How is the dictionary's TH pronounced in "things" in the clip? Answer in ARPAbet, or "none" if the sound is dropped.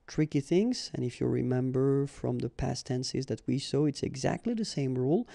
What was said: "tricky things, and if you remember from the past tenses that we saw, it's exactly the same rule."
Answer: TH